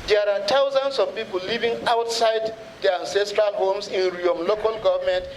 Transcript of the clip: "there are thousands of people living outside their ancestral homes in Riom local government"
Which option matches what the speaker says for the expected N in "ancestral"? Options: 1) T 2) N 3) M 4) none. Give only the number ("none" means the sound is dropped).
2